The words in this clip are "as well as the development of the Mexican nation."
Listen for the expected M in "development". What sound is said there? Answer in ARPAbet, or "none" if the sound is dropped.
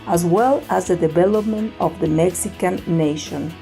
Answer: M